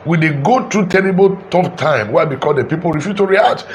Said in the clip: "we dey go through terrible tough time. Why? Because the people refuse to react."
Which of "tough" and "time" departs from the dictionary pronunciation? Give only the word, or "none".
tough